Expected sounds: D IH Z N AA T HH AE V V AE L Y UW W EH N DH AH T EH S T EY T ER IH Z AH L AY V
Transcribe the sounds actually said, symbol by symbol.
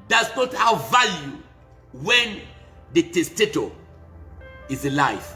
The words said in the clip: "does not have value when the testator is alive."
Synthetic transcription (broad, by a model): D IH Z N AA T HH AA W V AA L Y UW W EH N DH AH T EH S T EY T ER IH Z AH L AY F